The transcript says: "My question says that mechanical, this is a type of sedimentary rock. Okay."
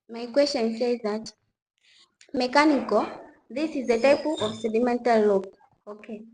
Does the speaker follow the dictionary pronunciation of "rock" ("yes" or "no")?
no